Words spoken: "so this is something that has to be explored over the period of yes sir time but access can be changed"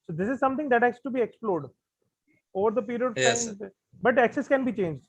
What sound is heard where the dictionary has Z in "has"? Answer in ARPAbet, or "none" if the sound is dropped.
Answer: S